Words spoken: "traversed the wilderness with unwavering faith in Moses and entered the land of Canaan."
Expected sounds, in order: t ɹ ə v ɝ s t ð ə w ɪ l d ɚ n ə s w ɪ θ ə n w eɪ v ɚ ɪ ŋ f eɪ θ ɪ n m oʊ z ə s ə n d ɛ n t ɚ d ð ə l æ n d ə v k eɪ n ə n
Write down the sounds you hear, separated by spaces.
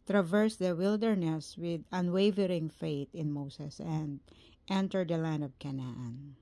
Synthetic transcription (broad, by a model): t ɹ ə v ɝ s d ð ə w ɪ l d ɚ n ə s w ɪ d ə n w eɪ v ɚ ɪ ŋ f eɪ t ɪ n m oʊ s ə s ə n d ɛ n t ɚ d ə l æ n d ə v k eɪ n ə n